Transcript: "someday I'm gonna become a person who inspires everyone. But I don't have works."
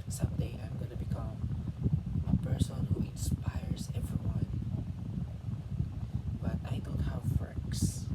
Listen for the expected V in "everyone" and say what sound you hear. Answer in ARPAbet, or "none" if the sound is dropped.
V